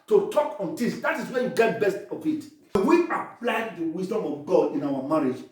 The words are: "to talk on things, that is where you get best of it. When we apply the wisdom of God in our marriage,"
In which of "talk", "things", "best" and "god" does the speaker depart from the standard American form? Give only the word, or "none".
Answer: things